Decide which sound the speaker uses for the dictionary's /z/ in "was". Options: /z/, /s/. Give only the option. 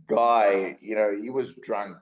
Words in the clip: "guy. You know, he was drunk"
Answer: /z/